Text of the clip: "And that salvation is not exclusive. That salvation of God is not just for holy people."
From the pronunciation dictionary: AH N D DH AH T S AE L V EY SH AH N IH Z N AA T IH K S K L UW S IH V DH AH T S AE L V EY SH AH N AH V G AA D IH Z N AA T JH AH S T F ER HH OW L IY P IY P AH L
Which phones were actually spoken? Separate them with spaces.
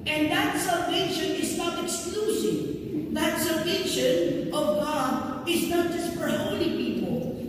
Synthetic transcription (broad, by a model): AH N DH AH T S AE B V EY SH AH N IH Z N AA T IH K S K L UW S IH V DH AH T S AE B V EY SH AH N AH V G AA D IH Z N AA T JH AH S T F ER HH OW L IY P IY P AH L